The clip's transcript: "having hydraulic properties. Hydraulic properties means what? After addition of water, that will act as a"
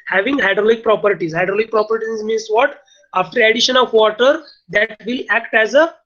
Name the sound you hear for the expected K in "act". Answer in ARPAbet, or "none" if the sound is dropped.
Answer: K